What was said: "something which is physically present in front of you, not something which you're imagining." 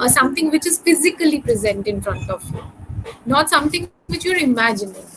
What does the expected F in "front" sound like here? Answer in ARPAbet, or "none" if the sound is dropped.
F